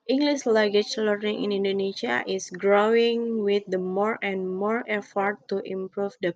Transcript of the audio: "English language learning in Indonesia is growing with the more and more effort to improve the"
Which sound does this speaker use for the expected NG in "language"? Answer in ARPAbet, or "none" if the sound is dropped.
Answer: none